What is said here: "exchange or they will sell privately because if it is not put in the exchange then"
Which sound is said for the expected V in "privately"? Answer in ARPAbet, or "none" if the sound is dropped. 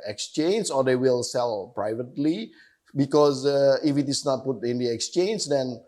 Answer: V